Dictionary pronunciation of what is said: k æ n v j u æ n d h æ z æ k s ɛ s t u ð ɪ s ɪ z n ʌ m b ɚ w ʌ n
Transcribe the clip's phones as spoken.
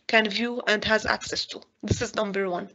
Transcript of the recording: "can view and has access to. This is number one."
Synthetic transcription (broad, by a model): k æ n v j u æ n d h æ z æ k s ɛ s t u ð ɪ s ɪ z n ʌ m b ɚ w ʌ n